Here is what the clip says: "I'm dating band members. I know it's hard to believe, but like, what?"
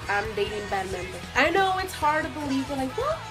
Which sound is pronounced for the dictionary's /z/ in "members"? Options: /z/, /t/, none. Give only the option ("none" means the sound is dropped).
none